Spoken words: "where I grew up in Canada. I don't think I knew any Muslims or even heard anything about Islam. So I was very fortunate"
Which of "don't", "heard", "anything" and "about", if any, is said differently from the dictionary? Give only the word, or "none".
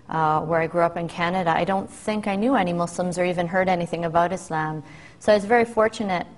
none